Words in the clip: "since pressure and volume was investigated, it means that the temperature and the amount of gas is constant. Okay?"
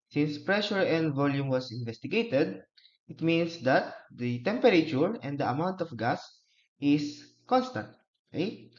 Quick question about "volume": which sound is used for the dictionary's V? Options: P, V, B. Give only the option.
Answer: V